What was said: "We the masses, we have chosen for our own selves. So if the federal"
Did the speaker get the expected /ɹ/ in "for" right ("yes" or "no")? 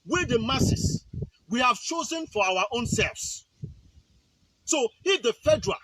no